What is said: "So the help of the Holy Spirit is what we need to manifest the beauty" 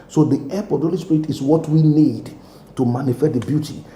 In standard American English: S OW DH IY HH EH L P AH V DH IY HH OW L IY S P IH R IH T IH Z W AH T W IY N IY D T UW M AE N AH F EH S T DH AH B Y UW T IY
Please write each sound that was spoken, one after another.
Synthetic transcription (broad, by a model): S OW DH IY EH P AH V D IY HH OW L IY S P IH R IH T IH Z W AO T W IY N IY D T UW M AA N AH F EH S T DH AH B Y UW T IY